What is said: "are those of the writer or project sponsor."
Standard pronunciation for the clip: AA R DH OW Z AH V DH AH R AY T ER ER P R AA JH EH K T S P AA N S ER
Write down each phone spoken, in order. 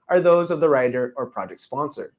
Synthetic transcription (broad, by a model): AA R DH OW Z AH V DH AH R AY T ER ER P R AA JH EH K T S P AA N S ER